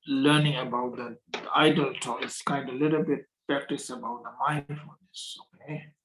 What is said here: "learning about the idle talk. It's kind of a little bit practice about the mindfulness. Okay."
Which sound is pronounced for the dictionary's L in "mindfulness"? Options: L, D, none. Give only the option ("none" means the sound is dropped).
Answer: none